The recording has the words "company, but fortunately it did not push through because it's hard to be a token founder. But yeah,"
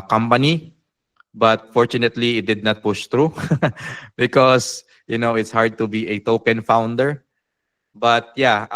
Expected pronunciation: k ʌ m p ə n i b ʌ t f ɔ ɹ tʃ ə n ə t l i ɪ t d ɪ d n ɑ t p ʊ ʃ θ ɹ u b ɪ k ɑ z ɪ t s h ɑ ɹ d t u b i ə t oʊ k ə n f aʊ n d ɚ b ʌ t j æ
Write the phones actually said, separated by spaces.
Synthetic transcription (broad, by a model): k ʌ m p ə n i b ʌ t f ɔ ɹ tʃ ə n ə t l i ɪ t d ɪ d n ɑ t p ʊ ʃ t ɹ u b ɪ k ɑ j ɪ t s h ɑ ɹ d t u b i ə t oʊ k ə n f aʊ n d ɚ b ʌ t j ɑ